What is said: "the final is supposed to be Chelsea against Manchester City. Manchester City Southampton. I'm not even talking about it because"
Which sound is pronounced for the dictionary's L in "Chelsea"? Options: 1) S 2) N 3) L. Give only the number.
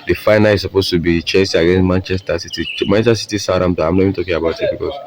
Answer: 2